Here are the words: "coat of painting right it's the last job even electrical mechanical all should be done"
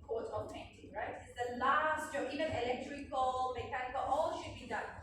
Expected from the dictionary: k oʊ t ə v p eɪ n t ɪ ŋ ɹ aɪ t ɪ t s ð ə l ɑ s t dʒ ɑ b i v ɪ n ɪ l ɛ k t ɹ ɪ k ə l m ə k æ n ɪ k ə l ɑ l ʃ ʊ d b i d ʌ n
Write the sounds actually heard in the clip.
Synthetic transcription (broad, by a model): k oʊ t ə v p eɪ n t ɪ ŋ ɹ aɪ t ɪ t s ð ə l ɑ s t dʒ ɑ i v ɪ n ɪ l ɛ k t ɹ ɪ k ə l m ə k æ n ɪ k ə l ɑ l ʃ ʊ d b i d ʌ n